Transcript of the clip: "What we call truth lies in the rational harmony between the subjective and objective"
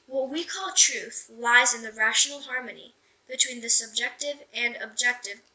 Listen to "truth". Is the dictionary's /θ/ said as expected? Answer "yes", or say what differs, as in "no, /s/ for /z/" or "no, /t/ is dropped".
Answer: yes